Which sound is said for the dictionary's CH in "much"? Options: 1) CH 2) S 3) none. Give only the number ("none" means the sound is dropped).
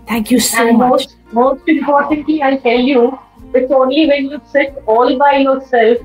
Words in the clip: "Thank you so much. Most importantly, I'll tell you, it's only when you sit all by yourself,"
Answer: 2